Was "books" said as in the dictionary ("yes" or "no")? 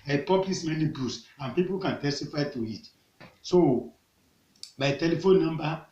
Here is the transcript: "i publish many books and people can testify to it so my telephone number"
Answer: no